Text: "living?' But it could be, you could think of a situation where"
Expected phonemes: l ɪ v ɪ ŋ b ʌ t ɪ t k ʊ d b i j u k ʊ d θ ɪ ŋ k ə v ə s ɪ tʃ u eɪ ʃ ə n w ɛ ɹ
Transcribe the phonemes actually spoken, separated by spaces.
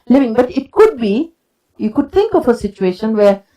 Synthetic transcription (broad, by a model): l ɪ v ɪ ŋ b ʌ t ɪ t k ʊ d b i j u k ʊ d t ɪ ŋ k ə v ə s ɪ tʃ u eɪ ʃ ə n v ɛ ɹ